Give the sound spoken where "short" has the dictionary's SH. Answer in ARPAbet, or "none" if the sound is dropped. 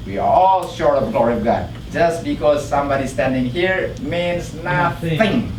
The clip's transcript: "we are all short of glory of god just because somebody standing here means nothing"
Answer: SH